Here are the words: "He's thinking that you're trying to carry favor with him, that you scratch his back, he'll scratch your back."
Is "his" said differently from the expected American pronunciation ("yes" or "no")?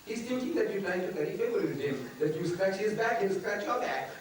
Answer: no